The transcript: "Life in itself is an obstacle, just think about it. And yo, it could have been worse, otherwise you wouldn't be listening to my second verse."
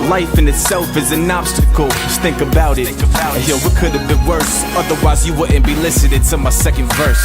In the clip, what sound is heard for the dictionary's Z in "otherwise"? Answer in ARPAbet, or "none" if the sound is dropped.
Z